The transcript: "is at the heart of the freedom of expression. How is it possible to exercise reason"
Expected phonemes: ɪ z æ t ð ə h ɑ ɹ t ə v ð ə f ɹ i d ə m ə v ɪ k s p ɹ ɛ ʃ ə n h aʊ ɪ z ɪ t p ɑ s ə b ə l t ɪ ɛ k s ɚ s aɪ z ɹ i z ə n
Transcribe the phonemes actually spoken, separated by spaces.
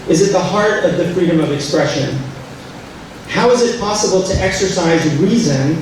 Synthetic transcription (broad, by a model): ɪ z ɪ t ð ə h ɑ ɹ t ə v ð ə f ɹ i d ə m ə v ɪ k s p ɹ ɛ ʃ ə n h aʊ ɪ z ɪ t p ɑ s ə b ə l t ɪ ɛ k s ɚ s aɪ z ɹ i z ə n